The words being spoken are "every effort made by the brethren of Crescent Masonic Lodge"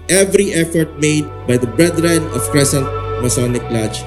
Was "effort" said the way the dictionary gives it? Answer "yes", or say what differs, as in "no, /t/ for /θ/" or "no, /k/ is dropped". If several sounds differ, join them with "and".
yes